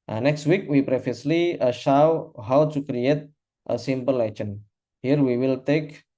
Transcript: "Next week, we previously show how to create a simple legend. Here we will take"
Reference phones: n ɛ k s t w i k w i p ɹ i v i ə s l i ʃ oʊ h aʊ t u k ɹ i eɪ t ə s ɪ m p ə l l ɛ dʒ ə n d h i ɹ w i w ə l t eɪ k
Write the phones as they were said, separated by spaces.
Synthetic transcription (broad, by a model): n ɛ k s t w i k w i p ɹ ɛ f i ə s l i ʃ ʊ h aʊ t u k ɹ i eɪ t ə s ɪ m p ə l l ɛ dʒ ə n h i ɹ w i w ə l t eɪ k